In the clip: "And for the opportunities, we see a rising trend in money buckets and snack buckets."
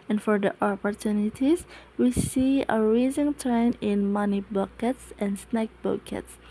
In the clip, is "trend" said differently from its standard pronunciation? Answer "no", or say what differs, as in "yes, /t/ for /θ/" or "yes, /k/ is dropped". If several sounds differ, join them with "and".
yes, /d/ is dropped